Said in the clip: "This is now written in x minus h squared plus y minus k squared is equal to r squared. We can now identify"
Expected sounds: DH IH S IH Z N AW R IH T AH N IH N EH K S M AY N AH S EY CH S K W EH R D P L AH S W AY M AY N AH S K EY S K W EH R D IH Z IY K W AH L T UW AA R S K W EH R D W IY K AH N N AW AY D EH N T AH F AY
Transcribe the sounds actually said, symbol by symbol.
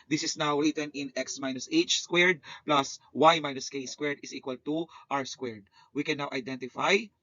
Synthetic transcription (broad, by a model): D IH S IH S N AW R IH T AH N IH N EH K S M AY N AH S EY CH S K W EH R D P L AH S W AY M AY N AH S K EY S K W EH R D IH S IY K W AH L T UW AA W S K W EH R D W IY K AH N N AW AY D EH N T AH F AY